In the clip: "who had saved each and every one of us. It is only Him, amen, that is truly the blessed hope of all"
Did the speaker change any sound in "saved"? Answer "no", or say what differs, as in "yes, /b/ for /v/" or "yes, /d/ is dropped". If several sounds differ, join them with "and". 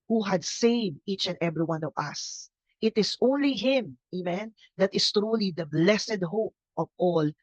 no